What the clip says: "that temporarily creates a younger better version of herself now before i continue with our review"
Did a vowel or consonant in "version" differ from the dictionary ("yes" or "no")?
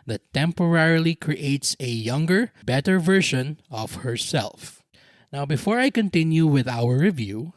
yes